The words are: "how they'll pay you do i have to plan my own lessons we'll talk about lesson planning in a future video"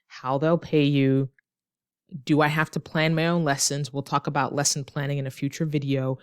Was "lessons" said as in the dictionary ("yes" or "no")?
yes